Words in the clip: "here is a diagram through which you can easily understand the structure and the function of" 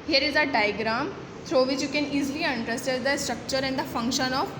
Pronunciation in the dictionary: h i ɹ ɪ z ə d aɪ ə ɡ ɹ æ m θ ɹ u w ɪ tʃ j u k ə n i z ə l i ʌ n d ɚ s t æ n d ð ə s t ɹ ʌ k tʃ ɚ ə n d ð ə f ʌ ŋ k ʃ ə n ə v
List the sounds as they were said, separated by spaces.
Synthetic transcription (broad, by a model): h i ɹ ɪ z ə d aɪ ɡ ɹ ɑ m t ɹ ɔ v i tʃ j u k ə n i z l i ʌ n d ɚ s t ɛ d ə s t ɹ ʌ k tʃ ɚ ə n d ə f ʌ ŋ k ʃ ə n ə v